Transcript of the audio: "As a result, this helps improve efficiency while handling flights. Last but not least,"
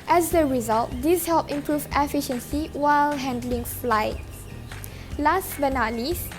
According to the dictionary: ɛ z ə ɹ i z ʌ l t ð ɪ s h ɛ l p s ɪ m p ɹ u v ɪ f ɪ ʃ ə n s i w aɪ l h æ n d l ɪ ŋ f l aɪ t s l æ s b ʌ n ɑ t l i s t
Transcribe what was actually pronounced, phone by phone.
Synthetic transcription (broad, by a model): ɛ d ə ɹ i z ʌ l t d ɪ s h ɛ l p ɪ m p ɹ u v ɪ f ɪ ʃ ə n s i w aɪ l h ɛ n d l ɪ ŋ f l aɪ t s l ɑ s b ʌ n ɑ l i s